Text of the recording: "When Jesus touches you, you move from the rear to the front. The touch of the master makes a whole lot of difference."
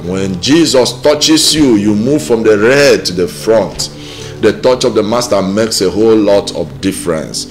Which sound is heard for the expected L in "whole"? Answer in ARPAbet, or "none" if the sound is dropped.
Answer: L